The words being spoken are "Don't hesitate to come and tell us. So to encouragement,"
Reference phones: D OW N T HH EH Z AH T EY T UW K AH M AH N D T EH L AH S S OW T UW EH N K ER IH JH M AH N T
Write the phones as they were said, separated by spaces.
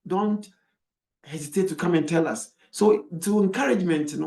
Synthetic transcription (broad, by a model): D OW N T HH EH Z AH T EY T UW K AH M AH N T EH L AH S S OW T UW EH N K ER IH JH M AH N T